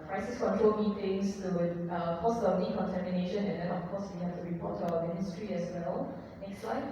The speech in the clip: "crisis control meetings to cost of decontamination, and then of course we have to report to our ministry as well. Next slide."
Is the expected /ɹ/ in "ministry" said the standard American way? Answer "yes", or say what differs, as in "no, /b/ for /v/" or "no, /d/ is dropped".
yes